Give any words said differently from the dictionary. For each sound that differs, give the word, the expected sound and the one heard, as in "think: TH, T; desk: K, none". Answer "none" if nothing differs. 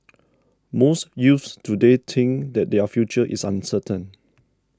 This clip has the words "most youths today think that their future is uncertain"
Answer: youths: TH, F; think: TH, T; is: Z, S